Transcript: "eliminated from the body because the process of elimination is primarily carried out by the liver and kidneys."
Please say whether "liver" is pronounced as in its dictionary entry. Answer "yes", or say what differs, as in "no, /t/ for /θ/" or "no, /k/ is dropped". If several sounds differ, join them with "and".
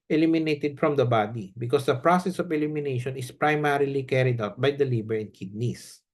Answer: no, /b/ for /v/